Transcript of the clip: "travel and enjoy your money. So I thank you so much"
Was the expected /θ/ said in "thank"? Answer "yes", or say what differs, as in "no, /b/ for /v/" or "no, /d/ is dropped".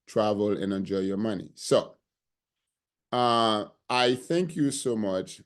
yes